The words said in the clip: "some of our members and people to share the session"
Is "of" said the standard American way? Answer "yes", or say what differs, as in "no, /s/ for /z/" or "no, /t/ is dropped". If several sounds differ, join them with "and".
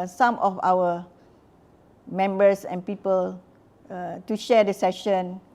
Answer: no, /f/ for /v/